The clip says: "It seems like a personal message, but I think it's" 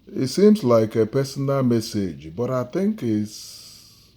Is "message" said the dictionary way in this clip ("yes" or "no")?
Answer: yes